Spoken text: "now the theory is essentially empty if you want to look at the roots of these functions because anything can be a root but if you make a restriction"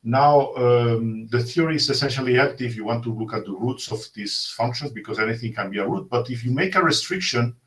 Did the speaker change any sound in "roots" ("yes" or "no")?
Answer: no